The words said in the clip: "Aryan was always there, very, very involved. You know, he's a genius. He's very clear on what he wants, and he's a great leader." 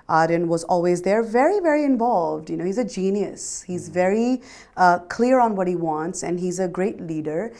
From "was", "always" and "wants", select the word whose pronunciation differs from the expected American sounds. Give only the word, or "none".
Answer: none